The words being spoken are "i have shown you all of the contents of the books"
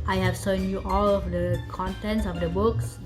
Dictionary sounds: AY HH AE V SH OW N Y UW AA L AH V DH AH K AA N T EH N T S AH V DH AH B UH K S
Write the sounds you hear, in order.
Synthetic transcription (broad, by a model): AY HH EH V S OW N Y UW AA L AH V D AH K AA N T EH N T S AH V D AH B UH K S